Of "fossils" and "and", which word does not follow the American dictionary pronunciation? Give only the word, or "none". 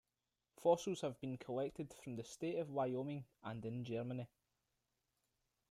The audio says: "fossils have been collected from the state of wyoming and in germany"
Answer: fossils